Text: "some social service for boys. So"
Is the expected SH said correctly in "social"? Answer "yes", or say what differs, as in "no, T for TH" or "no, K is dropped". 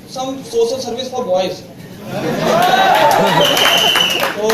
no, S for SH